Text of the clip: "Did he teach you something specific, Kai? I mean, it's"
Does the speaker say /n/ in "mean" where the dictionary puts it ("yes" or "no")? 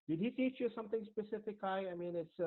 yes